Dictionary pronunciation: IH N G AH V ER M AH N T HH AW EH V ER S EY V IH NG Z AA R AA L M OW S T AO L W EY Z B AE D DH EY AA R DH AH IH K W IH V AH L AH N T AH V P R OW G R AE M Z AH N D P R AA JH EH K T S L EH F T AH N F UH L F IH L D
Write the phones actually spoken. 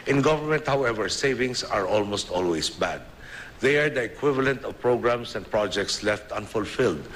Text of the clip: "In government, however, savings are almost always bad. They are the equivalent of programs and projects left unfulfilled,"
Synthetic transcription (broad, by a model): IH N G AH V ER M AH N T HH AW EH V ER S EY V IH NG S AA R AA L M OW S T AO L W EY S B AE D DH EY AA R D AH IH K W IH V AH L AH N T AH V P R OW G R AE M S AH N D P R AA JH EH K T S L EH F T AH N F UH L F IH L D